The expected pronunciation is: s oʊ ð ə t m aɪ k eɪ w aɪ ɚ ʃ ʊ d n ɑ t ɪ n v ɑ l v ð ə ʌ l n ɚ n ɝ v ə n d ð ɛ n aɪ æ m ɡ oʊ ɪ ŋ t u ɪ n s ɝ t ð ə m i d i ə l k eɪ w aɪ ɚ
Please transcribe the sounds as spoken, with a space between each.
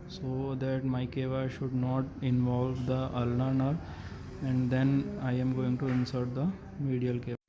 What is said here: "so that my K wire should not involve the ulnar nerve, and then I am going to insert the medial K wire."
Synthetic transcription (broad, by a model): s oʊ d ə t m aɪ k eɪ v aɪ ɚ ʃ ʊ d n ɑ t ɪ n v ɑ l v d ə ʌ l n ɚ n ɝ ə n d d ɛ n aɪ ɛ m ɡ oʊ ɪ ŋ t u ɪ n s ɝ t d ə m i d i ə l k eɪ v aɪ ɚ